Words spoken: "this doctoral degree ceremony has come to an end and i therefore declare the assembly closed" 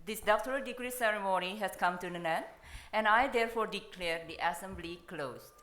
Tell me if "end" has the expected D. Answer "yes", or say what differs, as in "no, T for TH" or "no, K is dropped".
no, D is dropped